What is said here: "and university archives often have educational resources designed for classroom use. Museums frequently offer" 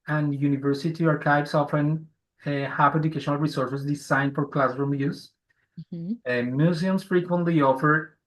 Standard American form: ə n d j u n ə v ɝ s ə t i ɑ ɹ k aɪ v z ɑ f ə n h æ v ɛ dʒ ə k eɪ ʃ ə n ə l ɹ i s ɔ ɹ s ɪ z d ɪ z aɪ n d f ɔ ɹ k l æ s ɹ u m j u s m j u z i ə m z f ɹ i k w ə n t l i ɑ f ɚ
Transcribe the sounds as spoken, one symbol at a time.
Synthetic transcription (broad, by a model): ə n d j u n ə v ɝ s ə t i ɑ ɹ k aɪ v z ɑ f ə n h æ p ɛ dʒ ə k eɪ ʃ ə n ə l ɹ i s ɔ ɹ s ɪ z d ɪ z aɪ n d f ɔ ɹ k l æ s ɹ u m j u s m j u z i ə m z f ɹ i k w ə n t l i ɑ f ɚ